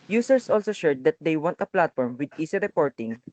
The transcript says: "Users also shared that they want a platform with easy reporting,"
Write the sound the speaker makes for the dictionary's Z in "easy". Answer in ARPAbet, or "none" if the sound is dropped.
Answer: S